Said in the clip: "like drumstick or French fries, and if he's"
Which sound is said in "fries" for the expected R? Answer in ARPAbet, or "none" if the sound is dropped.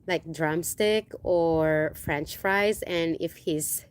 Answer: R